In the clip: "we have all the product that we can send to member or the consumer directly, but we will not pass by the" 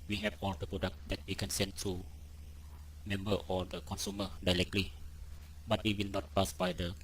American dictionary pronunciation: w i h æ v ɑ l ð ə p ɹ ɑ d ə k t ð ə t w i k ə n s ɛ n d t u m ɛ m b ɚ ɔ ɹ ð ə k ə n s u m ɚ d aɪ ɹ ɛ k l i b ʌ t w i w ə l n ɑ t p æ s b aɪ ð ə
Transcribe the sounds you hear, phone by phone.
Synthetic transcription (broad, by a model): w i h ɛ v ɑ l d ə p ɹ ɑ d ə k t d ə t w i k ə n s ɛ n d t u m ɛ m b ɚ ɔ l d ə k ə n s u m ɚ d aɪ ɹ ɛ k l i b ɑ t w i w ə l n ɑ t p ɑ s b aɪ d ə